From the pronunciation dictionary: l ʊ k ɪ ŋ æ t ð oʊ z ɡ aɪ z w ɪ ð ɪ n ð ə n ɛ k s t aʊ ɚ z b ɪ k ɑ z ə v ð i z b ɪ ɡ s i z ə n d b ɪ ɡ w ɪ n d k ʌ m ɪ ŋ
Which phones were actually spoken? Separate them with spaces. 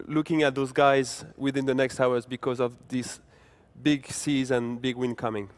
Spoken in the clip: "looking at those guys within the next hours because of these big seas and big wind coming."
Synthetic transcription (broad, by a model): l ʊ k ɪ ŋ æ t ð oʊ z ɡ aɪ z w ɪ ð ɪ n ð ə n ɛ k s t aʊ ɚ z b ɪ k ɑ z ə v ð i s b ɪ ɡ s i z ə n b ɪ ɡ w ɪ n k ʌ m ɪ ŋ